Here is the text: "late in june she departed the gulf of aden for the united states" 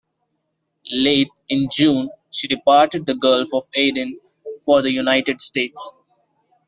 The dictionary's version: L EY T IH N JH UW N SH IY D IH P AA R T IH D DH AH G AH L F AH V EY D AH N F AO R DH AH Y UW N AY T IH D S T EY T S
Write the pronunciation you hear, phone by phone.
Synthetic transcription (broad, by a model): L EY T IH N JH UW N SH IY D IH P AA R T IH D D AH G AH L F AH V EY D AH N F AO R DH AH Y UW N AY T IH D S T EY T S